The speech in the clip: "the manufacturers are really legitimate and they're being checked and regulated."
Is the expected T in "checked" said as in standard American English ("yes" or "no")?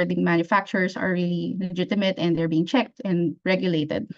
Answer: yes